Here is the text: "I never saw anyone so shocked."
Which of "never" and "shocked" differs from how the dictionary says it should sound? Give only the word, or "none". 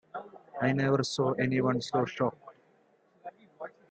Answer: none